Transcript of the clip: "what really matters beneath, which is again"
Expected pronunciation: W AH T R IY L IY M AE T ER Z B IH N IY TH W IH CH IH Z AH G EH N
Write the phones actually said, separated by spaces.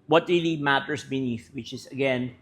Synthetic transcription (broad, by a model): W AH T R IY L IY M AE T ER S B IH N IY TH W IH CH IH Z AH G EH N